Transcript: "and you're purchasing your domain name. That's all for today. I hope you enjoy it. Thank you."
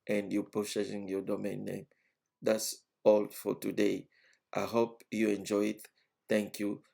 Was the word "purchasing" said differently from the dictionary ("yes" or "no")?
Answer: yes